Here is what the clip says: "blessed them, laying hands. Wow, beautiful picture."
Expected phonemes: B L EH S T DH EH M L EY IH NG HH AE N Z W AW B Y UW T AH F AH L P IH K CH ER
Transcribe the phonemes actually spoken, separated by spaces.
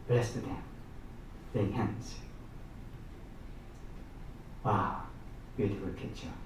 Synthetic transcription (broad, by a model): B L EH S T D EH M N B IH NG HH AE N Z W AW B Y UW T AH F AH L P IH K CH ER